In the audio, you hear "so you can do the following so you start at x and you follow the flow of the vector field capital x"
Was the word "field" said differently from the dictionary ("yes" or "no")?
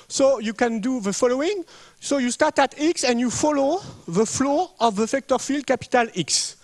no